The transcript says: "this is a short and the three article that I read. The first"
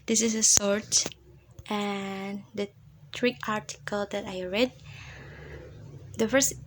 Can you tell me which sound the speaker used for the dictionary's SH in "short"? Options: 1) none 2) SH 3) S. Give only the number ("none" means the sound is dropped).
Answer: 3